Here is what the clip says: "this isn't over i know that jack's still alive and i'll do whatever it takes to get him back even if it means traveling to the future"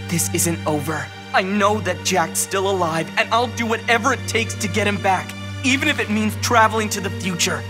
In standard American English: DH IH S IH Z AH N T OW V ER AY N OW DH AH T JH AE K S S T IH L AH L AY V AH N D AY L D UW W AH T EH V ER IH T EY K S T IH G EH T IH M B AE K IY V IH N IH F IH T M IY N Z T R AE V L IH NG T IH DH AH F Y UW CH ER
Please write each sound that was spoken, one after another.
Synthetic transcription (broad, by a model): DH IH S IH Z AH N T OW V ER AY N OW DH AH T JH AE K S S T IH L AH L AY V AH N AY L D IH W AH T EH V ER IH T EY K S T IH G EH T IH M B AE K IY V IH N IH F IH T M IY N Z T R AE V L IH NG T IH DH AH F Y UW CH ER